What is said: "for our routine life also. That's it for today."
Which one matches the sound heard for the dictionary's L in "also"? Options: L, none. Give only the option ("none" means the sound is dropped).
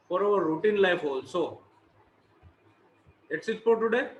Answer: L